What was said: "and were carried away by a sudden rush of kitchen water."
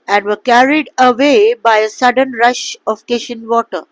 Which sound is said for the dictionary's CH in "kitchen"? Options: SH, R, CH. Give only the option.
SH